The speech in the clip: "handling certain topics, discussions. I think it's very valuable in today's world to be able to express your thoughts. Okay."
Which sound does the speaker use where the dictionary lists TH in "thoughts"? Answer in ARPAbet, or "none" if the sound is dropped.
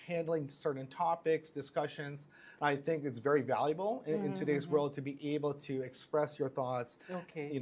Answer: TH